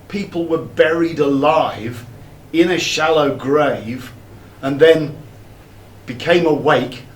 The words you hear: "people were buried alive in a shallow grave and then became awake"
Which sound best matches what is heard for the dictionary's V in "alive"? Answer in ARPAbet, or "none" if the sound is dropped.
V